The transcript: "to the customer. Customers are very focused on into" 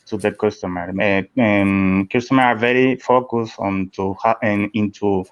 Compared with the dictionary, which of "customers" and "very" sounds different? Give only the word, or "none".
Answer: customers